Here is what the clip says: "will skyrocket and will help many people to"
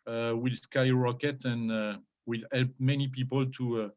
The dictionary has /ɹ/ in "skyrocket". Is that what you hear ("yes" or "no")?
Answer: yes